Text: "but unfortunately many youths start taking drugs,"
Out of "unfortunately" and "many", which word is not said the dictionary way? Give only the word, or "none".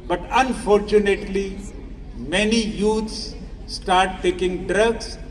none